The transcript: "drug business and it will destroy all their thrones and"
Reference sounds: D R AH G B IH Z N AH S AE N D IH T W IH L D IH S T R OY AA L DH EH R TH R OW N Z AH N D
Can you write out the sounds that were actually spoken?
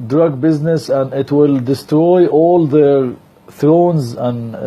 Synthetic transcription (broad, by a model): D R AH G B IH Z N AH S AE N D IH T W IH L D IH S T R OY AA L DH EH R TH R OW N Z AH N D